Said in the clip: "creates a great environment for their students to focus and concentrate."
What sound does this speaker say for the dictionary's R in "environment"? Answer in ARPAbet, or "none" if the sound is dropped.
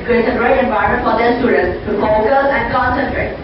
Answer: none